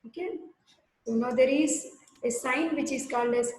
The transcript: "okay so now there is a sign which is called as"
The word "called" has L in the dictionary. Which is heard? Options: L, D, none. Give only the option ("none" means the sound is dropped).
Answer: L